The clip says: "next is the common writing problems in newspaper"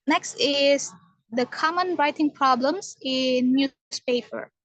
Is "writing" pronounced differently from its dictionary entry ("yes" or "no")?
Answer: no